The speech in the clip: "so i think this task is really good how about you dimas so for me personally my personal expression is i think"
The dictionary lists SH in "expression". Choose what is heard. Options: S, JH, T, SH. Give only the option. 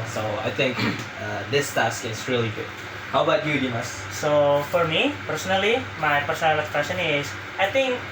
S